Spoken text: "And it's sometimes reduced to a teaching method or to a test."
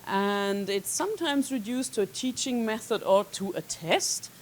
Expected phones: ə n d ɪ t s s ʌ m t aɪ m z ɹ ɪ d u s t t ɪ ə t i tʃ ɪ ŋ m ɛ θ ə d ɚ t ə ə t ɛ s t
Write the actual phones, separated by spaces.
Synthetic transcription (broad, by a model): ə n d ɪ t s s ʌ m t aɪ m z ɹ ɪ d u s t t ɪ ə t i tʃ ɪ ŋ m ɛ θ ə d ɚ t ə ə t ɛ s t